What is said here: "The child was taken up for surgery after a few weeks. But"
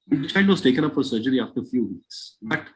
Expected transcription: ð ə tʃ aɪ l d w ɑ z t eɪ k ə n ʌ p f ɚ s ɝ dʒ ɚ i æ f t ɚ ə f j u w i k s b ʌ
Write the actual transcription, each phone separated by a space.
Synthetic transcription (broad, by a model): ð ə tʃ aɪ n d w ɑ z t eɪ k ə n ʌ p f ɚ s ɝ dʒ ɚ i æ f t ɚ ə f j u w i k s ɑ